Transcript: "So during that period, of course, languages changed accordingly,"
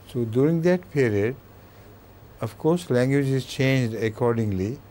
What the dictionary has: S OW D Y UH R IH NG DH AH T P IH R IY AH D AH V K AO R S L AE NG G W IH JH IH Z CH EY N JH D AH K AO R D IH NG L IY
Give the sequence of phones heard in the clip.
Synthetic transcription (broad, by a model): S OW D Y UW R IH NG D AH T P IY R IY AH D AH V K AO R S L AE NG G W IH JH IH Z CH EY N JH D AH K AO R D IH NG L IY